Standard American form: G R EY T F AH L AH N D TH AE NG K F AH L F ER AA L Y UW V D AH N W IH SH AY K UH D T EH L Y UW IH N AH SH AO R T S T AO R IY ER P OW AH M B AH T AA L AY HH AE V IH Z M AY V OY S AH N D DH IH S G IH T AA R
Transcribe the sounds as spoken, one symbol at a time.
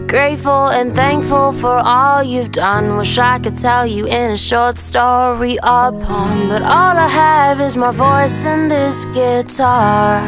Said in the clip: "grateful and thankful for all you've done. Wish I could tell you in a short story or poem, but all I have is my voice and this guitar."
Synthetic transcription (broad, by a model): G R EY T F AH L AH N TH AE NG K F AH L F ER AA L Y UW V D AH N W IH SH AY K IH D T EH L Y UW IH N AH SH AO R T S T AO R IY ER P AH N B AH T AA L AY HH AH V IH Z M AY V OY S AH N DH IH S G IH T AA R